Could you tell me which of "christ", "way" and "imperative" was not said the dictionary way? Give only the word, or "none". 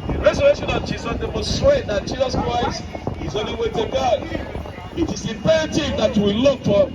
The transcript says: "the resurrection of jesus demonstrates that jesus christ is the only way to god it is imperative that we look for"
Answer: imperative